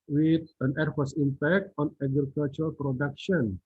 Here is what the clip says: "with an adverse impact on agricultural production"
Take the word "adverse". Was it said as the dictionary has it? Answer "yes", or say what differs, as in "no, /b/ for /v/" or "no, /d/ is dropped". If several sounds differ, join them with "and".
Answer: no, /f/ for /v/